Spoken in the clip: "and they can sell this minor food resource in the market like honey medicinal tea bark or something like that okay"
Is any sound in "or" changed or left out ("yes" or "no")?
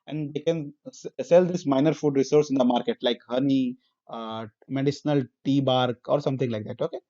no